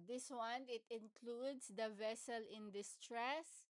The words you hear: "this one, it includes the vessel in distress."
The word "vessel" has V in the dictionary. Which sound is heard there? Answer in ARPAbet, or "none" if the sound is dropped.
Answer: V